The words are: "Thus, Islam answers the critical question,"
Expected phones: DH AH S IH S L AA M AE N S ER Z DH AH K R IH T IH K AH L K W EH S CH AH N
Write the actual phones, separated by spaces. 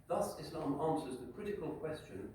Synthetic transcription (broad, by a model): DH AH S IH S L AA M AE N S ER Z DH AH K R IH T IH K AH L K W EH S CH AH N